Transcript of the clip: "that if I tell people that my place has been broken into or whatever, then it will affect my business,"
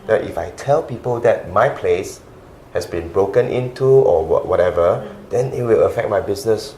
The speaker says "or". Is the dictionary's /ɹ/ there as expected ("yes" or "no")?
no